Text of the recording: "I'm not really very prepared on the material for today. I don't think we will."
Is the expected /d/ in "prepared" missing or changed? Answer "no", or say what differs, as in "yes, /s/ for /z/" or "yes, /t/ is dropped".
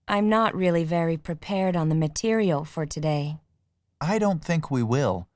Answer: no